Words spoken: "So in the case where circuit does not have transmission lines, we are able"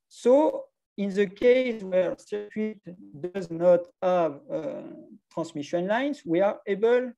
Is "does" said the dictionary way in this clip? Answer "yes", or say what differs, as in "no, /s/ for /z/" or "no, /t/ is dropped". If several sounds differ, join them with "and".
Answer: yes